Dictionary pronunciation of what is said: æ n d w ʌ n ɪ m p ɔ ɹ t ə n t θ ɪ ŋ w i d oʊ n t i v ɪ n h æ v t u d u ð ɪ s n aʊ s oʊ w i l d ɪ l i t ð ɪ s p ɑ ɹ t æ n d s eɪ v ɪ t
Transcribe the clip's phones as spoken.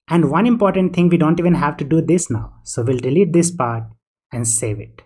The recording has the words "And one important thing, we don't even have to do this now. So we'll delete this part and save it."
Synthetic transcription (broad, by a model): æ n d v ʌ n ɪ m p ɔ ɹ t ə n t t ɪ ŋ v i d oʊ n t i v ɪ n h æ v t u d u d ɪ s n aʊ s oʊ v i l d ɪ l i t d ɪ s p ɑ ɹ t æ n d s eɪ v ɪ t